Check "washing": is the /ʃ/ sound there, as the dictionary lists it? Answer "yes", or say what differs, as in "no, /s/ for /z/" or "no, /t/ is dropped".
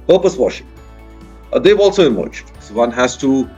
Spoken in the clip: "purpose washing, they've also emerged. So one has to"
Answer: yes